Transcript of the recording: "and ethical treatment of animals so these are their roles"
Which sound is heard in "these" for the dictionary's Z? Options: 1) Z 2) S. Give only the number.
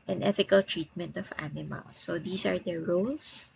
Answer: 2